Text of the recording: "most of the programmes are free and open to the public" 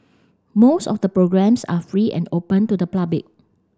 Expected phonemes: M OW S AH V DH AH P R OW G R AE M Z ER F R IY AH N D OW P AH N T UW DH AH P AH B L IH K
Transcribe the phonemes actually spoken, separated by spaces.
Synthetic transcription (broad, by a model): M OW S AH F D AH P R OW G R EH M S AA F R IY AH N D OW P AH N T UW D AH P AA B IH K